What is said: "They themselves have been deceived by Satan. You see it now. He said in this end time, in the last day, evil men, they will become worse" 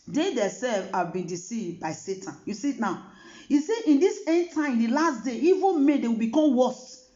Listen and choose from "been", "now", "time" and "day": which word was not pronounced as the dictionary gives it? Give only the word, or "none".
time